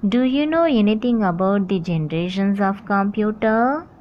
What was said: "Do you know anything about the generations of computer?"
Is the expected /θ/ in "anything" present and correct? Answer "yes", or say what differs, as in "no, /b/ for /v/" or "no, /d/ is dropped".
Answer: no, /t/ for /θ/